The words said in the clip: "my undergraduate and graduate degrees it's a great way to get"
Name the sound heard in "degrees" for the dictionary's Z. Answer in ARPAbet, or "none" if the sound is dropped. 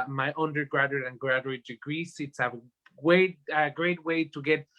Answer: S